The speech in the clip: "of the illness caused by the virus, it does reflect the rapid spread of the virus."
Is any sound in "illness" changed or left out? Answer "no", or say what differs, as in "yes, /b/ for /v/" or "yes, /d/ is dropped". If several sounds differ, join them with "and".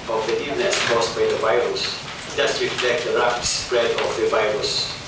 yes, /l/ is dropped